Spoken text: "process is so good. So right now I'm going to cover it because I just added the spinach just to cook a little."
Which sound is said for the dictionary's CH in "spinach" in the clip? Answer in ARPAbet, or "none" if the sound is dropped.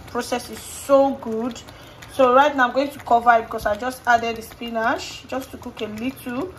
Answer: SH